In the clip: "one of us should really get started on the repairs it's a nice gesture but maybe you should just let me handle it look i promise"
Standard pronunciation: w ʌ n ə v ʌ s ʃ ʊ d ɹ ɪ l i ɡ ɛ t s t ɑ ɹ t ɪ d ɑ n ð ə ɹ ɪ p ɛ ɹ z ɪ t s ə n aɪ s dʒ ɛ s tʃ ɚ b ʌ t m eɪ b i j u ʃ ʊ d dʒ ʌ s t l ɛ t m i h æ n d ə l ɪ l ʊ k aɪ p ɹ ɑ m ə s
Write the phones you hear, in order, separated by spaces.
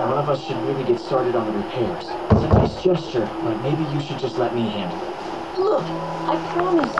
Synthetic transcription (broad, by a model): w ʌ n ə v ʌ s ʃ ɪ d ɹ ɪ l i ɡ ɛ t s t ɑ ɹ t ɪ d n ð ə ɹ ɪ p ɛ ɹ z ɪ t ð ə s dʒ ɛ s tʃ ɚ b ʌ t m eɪ b i j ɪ ʃ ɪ d dʒ ʌ s t l ɛ t m i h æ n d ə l l ʊ k aɪ p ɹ ɑ m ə s